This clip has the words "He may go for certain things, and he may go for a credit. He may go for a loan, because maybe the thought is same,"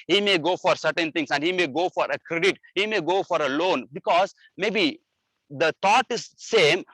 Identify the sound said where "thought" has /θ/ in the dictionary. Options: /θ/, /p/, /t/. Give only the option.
/t/